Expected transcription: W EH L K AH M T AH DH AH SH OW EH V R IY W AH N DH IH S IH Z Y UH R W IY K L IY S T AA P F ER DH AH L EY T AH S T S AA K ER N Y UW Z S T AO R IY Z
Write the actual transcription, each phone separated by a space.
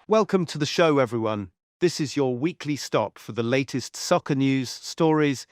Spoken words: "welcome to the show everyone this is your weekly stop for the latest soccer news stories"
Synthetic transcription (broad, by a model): W EH L K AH M T AH DH AH SH OW EH V R IY W AH N DH IH S IH Z Y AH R W IY K L IY S T AA P F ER DH AH L EY T AH S T S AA K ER N Y UW Z S T AO R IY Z